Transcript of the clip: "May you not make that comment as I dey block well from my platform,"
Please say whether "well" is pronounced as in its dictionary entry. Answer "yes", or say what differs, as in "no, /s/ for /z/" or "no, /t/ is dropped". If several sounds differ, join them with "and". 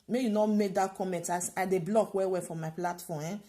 no, /w/ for /l/